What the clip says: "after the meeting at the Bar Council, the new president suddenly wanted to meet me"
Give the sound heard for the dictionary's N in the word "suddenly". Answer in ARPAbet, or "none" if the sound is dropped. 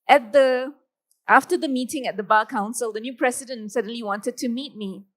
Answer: N